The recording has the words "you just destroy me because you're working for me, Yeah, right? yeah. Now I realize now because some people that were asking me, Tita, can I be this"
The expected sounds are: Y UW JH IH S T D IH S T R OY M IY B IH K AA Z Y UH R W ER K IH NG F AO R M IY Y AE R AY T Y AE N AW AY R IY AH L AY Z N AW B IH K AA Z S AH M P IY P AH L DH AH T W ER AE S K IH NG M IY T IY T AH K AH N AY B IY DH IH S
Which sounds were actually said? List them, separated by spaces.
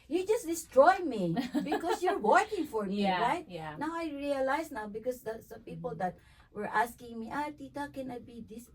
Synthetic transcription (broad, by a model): Y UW JH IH S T D IH S T R OY M IY B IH K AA S Y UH R W ER K IH NG F AO R M IY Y R AY T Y N AW AY R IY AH L AY S N AW B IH K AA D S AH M P IY P AH L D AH T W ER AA S K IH NG M IY T IY T AH K AH N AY B IY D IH S